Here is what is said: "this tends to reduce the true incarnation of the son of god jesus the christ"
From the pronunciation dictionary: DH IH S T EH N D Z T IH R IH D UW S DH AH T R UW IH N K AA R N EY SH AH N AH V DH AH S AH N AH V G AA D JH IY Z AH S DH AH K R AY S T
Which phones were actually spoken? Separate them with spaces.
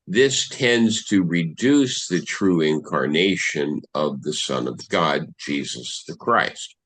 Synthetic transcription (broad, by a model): DH IH S T EH N D Z T IH R IH D UW S DH AH T R UW IH N K AA R N EY SH AH N AH V DH AH S AH N AH V G AA D JH IY Z AH S DH AH K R AY S T